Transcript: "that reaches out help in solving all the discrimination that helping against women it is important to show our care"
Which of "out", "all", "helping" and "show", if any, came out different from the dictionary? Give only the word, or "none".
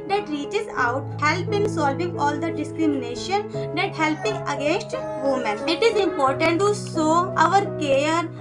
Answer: show